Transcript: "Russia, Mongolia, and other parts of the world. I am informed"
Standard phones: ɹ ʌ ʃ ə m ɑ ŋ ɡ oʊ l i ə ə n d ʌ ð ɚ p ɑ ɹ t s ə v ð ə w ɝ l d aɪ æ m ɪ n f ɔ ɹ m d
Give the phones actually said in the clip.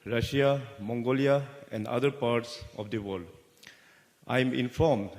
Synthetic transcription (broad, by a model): ɹ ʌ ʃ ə m ɑ ŋ ɡ oʊ l i ə ə n d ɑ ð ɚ p ɑ ɹ t s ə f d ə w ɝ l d aɪ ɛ m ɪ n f ɔ ɹ m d